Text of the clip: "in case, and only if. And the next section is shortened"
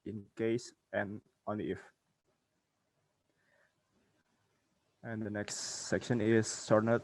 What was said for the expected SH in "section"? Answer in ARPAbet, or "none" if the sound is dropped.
SH